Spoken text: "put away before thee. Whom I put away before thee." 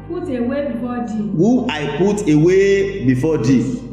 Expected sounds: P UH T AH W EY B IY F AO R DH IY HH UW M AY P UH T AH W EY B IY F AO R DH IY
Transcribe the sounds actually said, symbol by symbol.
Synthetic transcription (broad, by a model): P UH T AH W EY B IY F AO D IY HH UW AY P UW T AH W EY B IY F AO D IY